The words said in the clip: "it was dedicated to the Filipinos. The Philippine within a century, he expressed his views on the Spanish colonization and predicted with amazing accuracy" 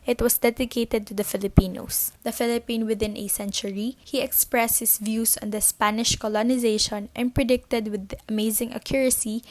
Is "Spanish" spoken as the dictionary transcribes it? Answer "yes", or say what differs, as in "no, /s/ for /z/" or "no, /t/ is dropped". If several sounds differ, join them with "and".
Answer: yes